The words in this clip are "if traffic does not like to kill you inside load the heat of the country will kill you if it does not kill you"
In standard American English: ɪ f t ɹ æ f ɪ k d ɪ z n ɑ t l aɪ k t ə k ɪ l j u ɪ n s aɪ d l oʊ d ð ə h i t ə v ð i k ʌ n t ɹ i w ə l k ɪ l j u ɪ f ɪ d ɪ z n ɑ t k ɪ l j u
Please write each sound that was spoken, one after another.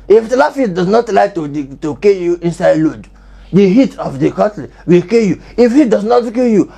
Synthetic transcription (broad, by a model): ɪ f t l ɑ f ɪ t d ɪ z n ɑ t l aɪ k t ə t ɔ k j u ɪ n s aɪ d l oʊ d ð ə h i t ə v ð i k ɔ t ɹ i w ə l k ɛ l j u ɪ f ɪ d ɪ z n ɑ t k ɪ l j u